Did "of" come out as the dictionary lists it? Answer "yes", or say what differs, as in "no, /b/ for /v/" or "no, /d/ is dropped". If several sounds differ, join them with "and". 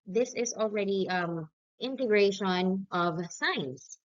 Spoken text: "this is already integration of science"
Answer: yes